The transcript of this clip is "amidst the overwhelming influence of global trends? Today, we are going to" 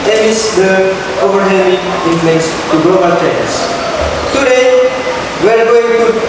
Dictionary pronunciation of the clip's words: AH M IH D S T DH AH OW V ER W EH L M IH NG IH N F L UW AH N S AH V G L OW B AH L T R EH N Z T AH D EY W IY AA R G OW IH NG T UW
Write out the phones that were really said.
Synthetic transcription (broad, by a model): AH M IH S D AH OW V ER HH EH M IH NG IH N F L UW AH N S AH G L OW B AH L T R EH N S T AH D EY W IY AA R G OW IH NG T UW